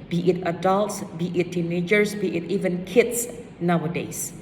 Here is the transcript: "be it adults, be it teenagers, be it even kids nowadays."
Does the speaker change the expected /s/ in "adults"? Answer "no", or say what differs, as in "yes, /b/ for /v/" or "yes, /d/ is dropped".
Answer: no